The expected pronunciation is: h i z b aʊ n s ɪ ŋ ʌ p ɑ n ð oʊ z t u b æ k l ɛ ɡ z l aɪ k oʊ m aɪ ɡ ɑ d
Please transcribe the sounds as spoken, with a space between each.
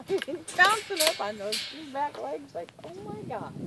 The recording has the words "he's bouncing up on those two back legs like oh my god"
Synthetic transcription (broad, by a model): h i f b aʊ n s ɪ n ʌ f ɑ n ð oʊ z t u b æ k l ɛ ɡ z l aɪ k oʊ m aɪ ɡ ɑ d